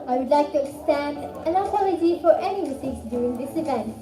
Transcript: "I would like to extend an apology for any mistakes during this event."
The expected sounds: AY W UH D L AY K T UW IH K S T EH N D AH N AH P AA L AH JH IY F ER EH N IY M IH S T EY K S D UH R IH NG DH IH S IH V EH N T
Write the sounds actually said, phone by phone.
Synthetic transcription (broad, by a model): AY W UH D L AY K T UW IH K S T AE N D AH N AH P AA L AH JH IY F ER EH N IY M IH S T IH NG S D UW IH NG DH IH S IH V EH N T